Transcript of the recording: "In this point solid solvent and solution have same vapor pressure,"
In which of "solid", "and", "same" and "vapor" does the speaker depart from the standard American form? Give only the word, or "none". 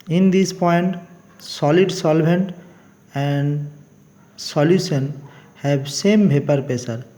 vapor